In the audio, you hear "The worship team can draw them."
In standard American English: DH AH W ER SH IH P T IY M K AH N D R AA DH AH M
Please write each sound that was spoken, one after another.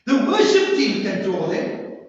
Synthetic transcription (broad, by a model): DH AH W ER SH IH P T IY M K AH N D AA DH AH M